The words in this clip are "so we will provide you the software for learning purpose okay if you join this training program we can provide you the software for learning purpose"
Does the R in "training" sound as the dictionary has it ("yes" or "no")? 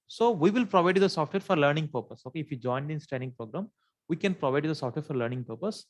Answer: no